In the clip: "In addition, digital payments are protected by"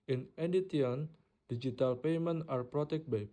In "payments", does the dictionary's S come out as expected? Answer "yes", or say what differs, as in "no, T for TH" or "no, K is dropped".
no, S is dropped